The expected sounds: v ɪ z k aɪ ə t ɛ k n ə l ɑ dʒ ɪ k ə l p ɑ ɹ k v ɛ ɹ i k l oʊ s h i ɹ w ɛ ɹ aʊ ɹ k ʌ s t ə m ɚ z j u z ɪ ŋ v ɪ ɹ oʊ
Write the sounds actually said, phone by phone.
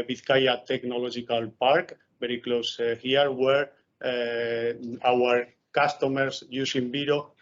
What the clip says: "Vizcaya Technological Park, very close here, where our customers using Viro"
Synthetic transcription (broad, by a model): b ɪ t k aɪ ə t ɛ k n ə l ɑ dʒ ɪ k ə l p ɑ ɹ k b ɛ ɹ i k l oʊ s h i ɹ w ɛ ɹ aʊ ɹ k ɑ s t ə m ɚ s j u s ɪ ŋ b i ɹ oʊ